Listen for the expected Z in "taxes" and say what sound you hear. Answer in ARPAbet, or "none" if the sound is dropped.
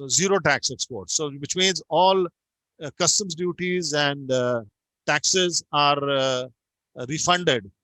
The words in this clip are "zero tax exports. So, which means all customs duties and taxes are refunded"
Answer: Z